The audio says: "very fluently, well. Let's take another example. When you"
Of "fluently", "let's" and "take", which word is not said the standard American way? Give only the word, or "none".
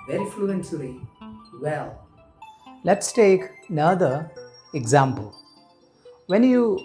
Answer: fluently